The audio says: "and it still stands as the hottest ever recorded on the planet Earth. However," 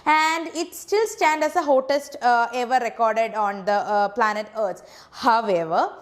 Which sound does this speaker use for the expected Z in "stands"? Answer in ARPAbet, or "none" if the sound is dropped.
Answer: none